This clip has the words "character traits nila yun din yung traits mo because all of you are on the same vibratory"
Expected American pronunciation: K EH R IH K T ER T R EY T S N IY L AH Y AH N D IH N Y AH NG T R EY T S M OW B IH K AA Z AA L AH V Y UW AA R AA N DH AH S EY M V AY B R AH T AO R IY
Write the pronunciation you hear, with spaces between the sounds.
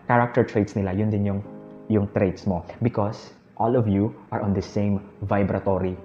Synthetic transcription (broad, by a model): K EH R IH K T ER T R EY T S N IY L AH Y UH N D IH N Y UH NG T R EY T S M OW B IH K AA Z AA L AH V Y UW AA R AA N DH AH S EY M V AY B R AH T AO R IY